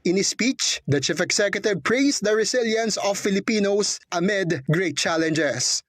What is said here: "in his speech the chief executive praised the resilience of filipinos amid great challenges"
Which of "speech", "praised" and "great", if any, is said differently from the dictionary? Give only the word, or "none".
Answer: praised